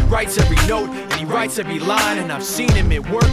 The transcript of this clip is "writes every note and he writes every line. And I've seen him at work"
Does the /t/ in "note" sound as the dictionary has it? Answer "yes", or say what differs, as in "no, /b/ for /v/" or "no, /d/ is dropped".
yes